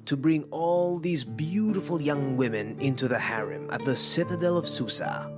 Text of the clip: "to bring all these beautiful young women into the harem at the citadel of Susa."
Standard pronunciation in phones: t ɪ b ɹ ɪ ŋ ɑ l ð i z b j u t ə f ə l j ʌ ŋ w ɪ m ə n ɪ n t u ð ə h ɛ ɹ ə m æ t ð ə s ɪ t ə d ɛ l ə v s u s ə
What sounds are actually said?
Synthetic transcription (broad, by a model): t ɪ b ɹ ɪ ŋ ɑ l ð i z b j u t ə f ə l j ʌ ŋ w ɪ m ə n ɪ n t u ð ə h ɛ ɹ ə m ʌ t ð ə s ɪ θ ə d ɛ l ə v s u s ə